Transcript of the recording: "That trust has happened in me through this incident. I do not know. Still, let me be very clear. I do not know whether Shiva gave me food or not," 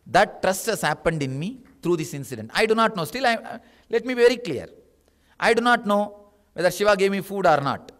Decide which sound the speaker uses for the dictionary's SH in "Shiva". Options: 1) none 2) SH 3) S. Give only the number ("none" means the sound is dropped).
2